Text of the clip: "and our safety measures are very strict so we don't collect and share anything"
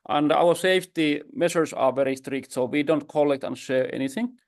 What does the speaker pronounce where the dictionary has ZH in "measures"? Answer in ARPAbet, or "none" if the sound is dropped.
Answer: SH